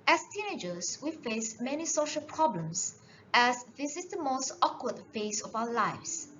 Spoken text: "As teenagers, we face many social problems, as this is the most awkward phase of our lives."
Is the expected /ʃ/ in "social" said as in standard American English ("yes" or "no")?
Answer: yes